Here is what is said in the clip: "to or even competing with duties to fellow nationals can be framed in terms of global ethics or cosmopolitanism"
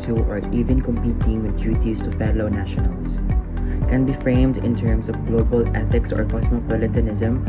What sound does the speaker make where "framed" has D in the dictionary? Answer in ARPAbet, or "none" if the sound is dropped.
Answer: D